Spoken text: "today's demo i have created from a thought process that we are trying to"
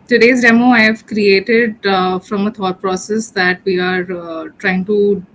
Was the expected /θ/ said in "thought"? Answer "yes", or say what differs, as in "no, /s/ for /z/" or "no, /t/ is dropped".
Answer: no, /t/ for /θ/